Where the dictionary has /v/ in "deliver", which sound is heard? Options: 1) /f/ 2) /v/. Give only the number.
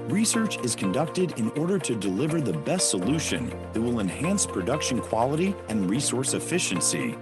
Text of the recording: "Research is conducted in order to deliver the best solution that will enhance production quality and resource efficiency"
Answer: 2